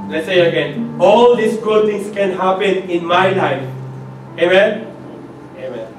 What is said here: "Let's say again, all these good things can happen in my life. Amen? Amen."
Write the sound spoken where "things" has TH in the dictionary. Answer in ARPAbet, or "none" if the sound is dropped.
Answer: T